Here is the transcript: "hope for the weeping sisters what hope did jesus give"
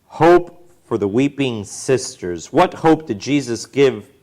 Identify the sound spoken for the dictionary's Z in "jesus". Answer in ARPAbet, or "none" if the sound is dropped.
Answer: Z